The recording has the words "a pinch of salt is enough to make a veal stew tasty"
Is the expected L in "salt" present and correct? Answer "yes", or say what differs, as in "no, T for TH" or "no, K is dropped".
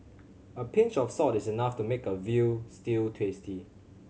no, L is dropped